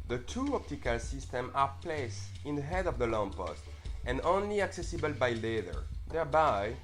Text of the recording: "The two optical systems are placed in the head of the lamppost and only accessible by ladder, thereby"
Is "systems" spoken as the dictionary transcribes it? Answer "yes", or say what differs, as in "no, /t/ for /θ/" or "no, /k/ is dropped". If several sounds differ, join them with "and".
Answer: no, /z/ is dropped